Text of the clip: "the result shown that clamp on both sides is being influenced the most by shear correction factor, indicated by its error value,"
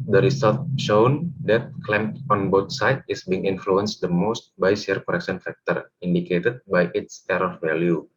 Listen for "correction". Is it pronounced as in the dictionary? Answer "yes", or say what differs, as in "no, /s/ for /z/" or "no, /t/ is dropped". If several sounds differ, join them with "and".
no, /s/ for /ʃ/